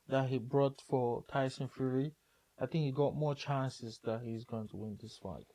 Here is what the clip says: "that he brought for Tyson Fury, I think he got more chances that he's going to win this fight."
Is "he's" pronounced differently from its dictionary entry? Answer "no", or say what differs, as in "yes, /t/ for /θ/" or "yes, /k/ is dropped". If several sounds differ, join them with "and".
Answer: no